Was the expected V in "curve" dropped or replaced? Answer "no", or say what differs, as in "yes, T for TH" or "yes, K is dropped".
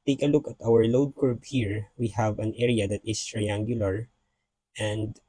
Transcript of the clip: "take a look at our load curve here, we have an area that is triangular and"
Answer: yes, B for V